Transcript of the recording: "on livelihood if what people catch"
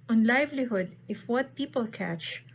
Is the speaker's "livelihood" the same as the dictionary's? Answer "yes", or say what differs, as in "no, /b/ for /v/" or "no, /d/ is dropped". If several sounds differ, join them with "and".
yes